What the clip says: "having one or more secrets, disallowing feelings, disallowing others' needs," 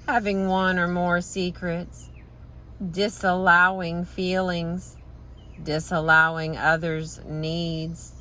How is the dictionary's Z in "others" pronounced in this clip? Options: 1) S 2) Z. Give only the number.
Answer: 2